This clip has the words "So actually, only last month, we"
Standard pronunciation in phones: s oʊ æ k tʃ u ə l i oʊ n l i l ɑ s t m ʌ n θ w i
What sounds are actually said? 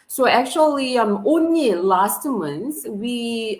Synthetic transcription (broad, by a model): s oʊ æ k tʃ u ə l i oʊ n l i l ɑ s t m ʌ n s w i